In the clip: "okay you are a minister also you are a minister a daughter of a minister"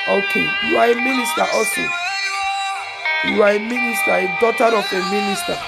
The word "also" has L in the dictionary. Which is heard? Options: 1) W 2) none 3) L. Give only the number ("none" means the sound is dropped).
2